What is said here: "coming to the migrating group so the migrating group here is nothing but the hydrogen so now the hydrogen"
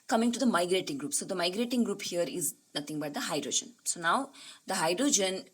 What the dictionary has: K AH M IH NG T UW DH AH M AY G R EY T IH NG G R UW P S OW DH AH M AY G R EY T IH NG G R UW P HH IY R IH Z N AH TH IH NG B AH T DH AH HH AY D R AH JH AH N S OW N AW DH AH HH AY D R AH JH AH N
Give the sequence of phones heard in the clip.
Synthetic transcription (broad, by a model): K AH M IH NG T UW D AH M AY G R EY T IH NG G R UW P S OW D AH M AY G R EY T IH NG G R UW P HH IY R IH Z N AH T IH NG B AH T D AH HH AY D R AH JH AH N S OW N AW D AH HH AY D R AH JH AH N